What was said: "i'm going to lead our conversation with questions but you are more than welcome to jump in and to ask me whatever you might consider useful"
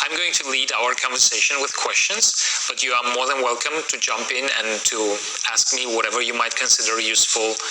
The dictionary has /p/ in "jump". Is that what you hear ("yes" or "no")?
yes